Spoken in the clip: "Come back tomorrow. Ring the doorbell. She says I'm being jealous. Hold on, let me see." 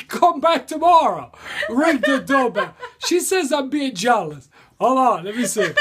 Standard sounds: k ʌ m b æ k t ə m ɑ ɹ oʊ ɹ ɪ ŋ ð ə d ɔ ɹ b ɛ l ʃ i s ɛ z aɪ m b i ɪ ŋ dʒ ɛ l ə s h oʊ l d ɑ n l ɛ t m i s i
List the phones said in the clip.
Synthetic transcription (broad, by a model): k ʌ m b æ k t ə m ɑ ɹ oʊ ɹ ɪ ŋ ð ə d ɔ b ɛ ʃ i s ɛ z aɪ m b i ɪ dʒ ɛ l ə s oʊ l ɑ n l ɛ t m i s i